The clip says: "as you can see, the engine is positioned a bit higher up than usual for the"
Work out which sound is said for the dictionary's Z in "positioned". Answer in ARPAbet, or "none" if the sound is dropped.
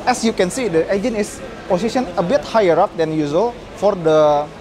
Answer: S